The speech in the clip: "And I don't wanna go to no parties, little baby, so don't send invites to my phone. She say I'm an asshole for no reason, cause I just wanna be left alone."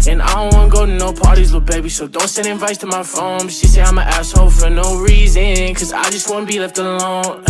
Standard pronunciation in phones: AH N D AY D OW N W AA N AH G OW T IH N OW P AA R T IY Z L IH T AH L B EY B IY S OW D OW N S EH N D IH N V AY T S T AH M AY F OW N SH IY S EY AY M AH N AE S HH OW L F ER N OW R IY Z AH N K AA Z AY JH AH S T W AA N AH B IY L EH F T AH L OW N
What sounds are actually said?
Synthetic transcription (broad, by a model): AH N AY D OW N W AA N AH G OW T IH N OW P AA R T IY Z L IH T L B EY B IY S OW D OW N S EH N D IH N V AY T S T AH M AY F OW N SH IY S EY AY M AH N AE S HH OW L F ER N OW R IY Z AH N K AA Z AY JH AH S T W AA N AH B IY L EH F T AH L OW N